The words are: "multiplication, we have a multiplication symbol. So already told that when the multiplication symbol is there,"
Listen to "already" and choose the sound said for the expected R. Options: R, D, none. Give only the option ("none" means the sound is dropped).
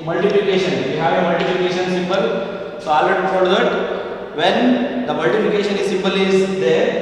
none